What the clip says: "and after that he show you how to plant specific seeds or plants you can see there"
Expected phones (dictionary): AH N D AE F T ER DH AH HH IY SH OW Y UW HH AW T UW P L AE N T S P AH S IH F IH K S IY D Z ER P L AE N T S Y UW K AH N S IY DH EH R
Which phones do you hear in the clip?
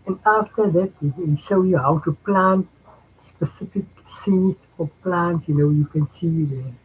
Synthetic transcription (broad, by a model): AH N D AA F T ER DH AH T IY SH OW Y UW HH AW T UW P L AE N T S P AH S IH F IH K S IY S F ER P L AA N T S Y UW K AH N S IY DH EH